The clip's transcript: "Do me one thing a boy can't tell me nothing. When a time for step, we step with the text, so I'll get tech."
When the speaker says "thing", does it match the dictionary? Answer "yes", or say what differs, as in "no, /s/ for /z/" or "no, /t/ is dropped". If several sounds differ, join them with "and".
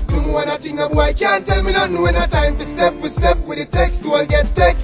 no, /t/ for /θ/